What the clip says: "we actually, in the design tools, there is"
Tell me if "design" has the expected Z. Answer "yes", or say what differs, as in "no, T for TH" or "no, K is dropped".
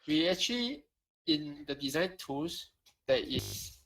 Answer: yes